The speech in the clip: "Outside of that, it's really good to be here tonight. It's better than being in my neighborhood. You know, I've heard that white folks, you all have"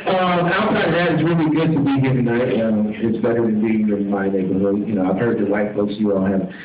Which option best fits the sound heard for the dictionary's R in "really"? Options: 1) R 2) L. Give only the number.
1